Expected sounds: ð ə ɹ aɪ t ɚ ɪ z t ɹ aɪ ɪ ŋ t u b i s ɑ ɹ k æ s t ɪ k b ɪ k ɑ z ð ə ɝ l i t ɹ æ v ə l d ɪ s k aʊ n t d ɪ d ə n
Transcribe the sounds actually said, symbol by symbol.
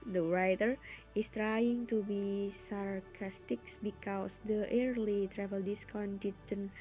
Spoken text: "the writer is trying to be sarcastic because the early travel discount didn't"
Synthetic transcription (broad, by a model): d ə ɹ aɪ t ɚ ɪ s t ɹ aɪ ɪ ŋ t u b i s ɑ ɹ k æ s t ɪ k b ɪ k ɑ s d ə ɝ l i t ɹ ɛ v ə l d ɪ s k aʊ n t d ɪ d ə n